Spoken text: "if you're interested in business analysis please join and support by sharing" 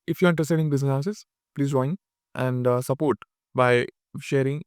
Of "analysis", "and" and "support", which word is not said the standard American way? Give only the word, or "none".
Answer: analysis